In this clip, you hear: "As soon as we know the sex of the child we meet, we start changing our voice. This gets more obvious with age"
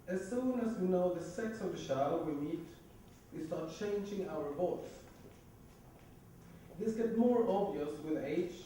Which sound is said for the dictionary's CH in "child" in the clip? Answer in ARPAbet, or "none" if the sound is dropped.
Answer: SH